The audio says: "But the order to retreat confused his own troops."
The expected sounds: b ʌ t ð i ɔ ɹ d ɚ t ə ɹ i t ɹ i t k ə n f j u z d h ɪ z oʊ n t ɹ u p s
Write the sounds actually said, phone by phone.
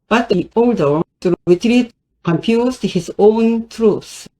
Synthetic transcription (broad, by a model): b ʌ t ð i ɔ l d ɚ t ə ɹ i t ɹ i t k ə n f j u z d h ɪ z oʊ n t ɹ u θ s